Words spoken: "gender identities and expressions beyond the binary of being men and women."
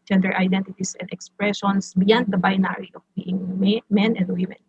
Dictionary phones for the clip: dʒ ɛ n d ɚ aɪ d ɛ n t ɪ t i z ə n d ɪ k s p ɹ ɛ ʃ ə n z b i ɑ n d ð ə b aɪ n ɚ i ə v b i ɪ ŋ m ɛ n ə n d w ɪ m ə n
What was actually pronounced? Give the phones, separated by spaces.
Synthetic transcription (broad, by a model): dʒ ɛ n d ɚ aɪ d ɛ n t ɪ t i s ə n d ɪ k s p ɹ ɛ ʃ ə n s b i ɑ n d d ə b aɪ n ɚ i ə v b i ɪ ŋ m ɛ n ə n d w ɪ m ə n